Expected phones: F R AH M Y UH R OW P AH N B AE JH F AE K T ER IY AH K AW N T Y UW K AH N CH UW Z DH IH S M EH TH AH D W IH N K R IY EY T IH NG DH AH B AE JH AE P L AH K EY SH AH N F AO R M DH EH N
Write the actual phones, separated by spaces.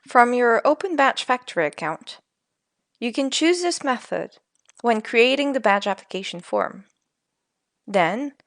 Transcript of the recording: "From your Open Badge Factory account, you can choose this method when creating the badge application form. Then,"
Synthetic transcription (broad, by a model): F R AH M Y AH R OW P AH N B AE CH F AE K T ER IY AH K AW N T Y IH K AH N CH UW Z DH IH S M EH TH AH D W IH N K R IY EY T IH NG DH AH B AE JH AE P L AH K EY SH N F AO R M DH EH N